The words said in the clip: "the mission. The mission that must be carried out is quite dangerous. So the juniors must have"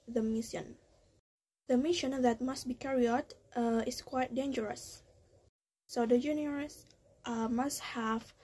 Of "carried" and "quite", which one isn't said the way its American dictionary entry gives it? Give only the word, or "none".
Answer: carried